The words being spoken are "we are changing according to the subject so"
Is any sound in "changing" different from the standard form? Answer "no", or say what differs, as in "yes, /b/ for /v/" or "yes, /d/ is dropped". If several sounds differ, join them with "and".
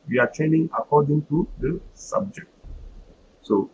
yes, /dʒ/ is dropped